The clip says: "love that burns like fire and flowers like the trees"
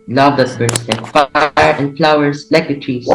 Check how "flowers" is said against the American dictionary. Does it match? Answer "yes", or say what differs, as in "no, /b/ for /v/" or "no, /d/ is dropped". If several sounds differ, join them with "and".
no, /s/ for /z/